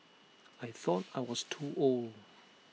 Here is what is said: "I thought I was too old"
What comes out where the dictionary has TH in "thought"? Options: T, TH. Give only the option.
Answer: TH